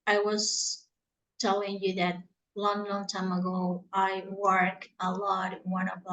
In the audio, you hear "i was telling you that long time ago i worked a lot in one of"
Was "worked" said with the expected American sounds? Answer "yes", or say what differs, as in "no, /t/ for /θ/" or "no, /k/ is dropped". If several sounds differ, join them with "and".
no, /t/ is dropped